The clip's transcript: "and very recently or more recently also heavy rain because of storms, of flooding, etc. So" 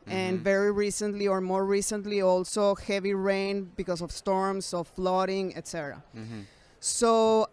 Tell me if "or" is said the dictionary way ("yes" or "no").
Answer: yes